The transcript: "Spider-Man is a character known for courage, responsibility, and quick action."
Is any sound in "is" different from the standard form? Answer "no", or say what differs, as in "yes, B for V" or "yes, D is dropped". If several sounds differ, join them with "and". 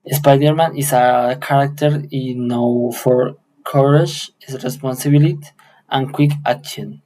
yes, S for Z